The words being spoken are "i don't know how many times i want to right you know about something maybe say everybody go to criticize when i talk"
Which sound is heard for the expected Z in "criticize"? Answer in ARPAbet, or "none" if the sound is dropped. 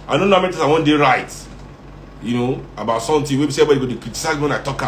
none